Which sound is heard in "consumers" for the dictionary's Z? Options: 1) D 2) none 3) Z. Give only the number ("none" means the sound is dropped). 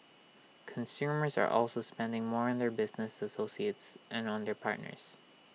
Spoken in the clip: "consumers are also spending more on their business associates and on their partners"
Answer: 3